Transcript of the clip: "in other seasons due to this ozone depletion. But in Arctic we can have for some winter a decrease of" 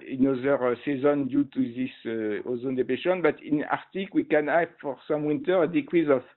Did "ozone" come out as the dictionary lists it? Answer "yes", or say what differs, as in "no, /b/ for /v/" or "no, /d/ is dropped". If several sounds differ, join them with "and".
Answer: yes